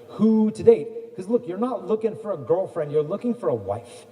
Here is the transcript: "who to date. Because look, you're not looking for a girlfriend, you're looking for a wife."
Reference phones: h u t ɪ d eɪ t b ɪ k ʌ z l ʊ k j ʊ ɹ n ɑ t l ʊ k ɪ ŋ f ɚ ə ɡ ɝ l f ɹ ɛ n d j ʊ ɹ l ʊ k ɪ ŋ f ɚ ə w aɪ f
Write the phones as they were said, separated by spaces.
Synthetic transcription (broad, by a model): h u t ɪ d eɪ t k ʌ z l ʊ k j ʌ ɹ n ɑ t l ʊ k ɪ ŋ f ɚ ə ɡ ɝ l f ɹ ɛ n d j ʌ ɹ l ʊ k ɪ ŋ f ɚ ə w aɪ f